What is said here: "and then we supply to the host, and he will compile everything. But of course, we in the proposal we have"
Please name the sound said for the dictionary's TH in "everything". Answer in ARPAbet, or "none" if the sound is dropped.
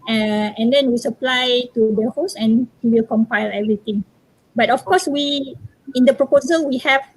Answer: T